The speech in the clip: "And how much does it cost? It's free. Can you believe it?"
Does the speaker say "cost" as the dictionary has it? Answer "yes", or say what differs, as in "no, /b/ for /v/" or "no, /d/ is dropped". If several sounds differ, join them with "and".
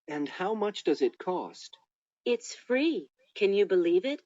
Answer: yes